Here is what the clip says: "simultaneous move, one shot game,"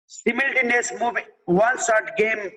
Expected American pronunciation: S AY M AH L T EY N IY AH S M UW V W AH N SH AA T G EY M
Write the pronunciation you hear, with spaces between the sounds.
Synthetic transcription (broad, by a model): S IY M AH L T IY N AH S M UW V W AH N S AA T G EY M